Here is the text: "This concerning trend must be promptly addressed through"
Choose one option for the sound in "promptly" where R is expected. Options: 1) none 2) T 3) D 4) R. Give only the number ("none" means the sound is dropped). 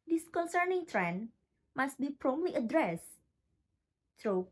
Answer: 4